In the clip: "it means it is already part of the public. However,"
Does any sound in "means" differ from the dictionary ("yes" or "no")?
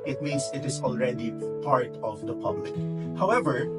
yes